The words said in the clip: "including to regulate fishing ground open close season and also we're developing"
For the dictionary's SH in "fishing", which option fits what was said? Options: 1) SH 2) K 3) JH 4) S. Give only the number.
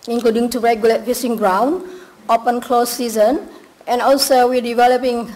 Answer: 4